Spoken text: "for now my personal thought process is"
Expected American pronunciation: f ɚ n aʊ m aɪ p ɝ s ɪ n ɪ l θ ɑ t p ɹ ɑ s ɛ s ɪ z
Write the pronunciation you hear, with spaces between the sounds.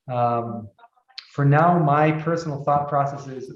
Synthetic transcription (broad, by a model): f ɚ n aʊ m aɪ p ɝ s n l θ ɑ t p ɹ ɑ s ɛ s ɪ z